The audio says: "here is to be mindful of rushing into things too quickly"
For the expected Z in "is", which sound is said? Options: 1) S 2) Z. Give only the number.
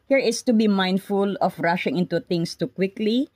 1